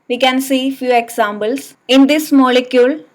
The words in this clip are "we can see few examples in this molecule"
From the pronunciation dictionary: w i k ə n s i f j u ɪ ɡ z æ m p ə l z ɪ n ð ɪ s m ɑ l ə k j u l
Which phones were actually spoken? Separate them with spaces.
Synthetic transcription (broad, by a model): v i k ə n s i f j u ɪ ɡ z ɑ m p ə l s ɪ n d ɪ s m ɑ l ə k j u l